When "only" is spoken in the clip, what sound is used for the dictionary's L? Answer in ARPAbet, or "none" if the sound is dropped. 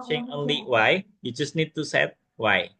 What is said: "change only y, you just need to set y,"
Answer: L